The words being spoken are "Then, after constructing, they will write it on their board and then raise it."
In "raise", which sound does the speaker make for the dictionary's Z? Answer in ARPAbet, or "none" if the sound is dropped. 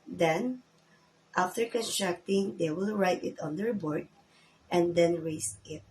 S